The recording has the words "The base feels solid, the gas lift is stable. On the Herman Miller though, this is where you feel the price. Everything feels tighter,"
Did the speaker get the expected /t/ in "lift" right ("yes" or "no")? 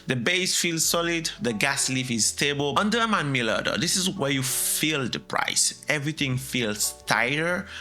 no